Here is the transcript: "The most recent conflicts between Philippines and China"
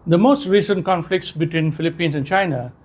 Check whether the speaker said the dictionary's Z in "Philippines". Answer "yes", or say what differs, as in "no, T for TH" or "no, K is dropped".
no, S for Z